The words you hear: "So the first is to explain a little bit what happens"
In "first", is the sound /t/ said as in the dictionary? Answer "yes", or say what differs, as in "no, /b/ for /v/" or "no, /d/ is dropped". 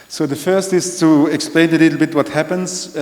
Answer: yes